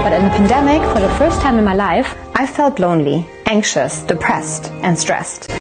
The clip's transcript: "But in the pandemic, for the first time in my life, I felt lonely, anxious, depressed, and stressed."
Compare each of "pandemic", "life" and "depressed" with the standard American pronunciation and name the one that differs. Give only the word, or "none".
none